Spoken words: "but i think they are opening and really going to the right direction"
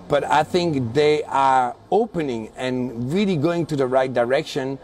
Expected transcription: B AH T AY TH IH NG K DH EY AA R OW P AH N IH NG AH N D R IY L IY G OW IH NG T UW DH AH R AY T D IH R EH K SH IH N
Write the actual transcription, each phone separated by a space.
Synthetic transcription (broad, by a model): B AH T AY TH IH NG K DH EY AA R OW P AH N IH NG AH N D R IY L IY G OW IH NG T UW DH AH R AY T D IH R EH K SH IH N